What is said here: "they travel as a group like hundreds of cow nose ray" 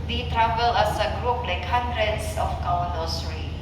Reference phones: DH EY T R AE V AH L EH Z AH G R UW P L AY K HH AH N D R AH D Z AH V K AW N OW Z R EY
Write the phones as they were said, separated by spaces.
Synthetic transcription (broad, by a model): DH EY T R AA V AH L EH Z AH G R UW P L AY K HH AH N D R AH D S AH F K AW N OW S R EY